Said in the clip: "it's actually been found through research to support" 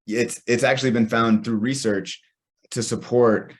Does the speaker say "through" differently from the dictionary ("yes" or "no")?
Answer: no